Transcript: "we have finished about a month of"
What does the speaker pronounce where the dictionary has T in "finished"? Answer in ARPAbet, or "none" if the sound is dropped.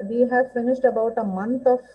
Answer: T